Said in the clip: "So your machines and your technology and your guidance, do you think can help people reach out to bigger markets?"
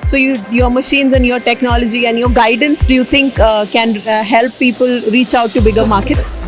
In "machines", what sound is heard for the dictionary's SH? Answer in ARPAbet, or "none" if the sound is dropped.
SH